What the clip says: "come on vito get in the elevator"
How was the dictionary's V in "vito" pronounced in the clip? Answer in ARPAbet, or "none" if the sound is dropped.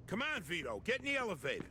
V